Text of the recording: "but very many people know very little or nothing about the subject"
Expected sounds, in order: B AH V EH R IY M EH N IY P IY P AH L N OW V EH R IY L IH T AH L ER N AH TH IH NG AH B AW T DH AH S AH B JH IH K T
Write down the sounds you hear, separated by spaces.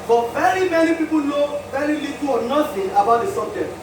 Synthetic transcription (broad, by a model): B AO V EH R IY M EH N IY P IY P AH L N OW V EH R IY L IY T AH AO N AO S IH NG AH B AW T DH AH S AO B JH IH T